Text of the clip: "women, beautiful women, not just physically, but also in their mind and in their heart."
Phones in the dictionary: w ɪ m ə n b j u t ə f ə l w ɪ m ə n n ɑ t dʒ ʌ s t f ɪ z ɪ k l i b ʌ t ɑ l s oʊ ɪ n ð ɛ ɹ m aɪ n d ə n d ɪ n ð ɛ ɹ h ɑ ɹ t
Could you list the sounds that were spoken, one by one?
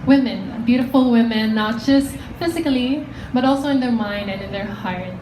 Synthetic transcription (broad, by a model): w ɪ m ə n b j u t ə f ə l w ɪ m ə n n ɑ t dʒ ʌ s t f ɪ z ɪ k l i b ʌ t ɑ l s oʊ ɪ n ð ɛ ɹ m aɪ n d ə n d ɪ n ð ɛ ɹ h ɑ ɹ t